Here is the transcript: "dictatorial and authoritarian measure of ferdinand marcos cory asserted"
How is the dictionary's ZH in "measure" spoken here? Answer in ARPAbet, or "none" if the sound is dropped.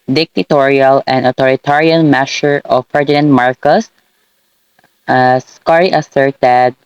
S